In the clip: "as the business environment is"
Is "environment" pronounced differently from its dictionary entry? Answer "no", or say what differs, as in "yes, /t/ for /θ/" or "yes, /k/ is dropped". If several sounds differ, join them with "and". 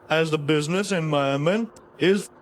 yes, /ɹ/ is dropped and /n/ is dropped